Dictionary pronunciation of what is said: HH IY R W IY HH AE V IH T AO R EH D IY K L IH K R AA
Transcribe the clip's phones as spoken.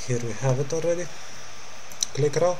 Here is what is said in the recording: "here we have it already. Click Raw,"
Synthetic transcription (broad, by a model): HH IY R W IY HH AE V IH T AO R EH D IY K L IH K R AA